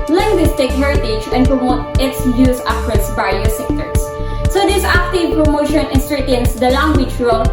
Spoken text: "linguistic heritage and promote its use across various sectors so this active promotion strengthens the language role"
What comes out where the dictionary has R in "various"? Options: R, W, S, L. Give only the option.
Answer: L